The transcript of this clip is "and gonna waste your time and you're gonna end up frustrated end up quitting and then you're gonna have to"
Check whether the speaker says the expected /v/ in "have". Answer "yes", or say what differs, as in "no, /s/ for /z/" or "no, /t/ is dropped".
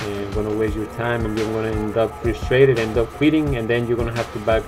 no, /f/ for /v/